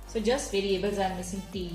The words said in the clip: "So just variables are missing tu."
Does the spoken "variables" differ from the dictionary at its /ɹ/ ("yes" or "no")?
no